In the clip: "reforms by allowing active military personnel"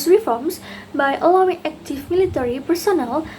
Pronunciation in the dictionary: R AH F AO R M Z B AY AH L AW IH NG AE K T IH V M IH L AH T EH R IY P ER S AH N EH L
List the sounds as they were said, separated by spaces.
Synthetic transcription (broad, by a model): R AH F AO R M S B AY AH L AW IH NG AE K T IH F M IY L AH T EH R IY P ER S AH N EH L